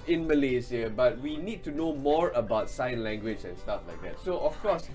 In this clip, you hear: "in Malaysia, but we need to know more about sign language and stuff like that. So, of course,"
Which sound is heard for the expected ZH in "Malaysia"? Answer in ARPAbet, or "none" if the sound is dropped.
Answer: Z